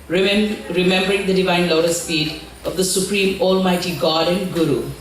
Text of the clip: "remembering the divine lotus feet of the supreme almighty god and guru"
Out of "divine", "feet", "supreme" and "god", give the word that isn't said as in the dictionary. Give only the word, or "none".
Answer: feet